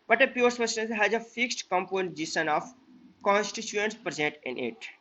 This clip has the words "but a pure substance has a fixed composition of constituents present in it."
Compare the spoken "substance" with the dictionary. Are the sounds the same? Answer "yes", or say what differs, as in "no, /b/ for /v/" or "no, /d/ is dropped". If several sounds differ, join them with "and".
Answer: no, /b/ is dropped